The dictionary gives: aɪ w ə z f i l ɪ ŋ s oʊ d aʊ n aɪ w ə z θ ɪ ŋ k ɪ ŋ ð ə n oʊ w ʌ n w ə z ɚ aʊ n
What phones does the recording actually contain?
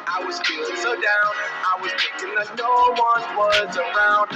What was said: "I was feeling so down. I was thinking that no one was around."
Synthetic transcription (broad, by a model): aɪ w ə z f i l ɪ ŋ s oʊ d aʊ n aɪ w ə z t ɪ k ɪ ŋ ð ə n oʊ w ʌ n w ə z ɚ aʊ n